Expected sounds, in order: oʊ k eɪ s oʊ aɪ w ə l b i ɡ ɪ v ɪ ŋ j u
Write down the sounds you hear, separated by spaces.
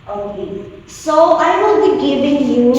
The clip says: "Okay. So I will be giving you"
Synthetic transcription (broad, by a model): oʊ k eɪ s oʊ aɪ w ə n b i ɡ ɪ v ɪ ŋ j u